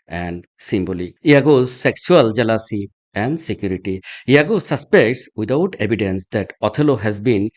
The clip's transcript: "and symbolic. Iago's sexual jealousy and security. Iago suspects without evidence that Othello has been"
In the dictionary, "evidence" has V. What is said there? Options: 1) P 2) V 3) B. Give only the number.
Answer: 3